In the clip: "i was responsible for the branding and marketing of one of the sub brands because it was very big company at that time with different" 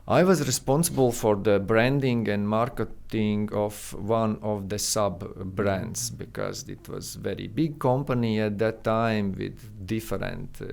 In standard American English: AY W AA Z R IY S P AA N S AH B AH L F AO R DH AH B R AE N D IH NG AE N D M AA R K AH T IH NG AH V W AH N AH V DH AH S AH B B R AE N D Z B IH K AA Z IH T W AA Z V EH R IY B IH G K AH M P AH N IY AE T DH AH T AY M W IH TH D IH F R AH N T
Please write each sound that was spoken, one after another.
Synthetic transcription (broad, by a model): AY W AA Z R IY S P AA N S AH B AH L F AO R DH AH B R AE N D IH NG AE N D M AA R K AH T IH NG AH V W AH N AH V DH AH S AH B B R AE N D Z B IH K AA Z IH T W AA Z V EH R IY B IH G K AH M P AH N IY AE T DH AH T AY M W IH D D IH F R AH N T